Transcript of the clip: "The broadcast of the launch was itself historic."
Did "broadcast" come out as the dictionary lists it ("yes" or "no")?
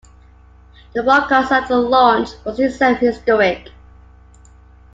no